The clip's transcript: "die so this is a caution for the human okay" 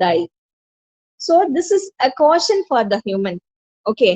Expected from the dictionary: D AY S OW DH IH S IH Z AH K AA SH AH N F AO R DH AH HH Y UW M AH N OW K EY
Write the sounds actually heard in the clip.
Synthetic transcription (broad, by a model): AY S OW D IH S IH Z AH K AA SH AH N F AO R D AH HH Y UW M AH N OW K EY